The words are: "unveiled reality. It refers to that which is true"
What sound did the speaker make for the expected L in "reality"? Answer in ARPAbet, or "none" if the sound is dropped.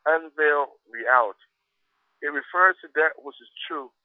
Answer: none